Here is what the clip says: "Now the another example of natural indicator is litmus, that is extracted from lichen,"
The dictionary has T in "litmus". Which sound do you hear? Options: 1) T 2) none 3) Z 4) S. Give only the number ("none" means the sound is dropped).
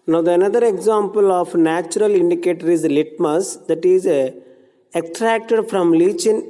1